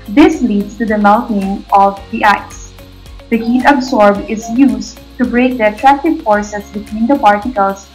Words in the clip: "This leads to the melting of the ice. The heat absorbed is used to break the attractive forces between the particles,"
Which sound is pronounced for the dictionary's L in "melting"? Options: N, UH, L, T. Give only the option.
N